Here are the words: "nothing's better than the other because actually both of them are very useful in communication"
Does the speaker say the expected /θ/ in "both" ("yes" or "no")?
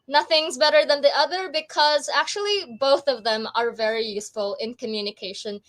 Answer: yes